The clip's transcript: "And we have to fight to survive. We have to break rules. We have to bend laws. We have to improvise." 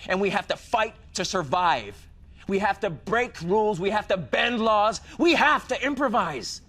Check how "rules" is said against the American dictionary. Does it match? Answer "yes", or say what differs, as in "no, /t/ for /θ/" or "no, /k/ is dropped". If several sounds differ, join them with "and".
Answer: yes